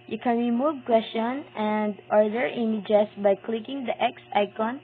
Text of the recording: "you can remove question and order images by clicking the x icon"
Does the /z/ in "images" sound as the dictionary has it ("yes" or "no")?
no